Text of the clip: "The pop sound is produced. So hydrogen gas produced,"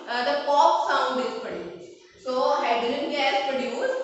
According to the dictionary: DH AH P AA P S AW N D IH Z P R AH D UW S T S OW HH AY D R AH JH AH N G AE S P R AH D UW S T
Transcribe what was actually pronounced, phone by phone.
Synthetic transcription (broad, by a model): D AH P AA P S AW N D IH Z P AH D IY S S OW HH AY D AH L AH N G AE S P R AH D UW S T